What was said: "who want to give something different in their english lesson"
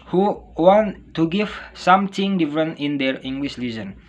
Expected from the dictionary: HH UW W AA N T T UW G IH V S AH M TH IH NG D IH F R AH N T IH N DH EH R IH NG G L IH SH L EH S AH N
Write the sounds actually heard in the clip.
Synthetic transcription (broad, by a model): HH UW W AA N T T UW G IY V S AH M T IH NG D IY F R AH N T IH N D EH R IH NG G L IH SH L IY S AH N